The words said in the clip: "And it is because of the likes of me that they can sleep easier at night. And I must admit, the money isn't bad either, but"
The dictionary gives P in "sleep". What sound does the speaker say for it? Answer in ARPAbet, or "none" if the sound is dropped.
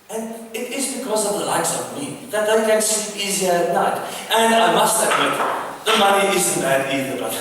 none